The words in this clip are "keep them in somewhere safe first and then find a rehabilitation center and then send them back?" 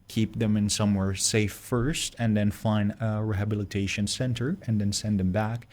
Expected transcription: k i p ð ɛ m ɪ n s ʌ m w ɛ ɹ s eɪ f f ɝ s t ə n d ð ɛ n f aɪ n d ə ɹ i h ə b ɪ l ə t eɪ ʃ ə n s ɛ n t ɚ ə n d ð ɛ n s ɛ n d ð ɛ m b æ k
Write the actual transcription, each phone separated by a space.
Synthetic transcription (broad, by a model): k i p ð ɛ m ɪ n s ʌ m w ɛ ɹ s eɪ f f ɝ s t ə n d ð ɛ n f aɪ n d ə ɹ i h ə b ɪ l ə t eɪ ʃ ə n s ɛ n t ɚ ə n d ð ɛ n s ɛ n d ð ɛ m b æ k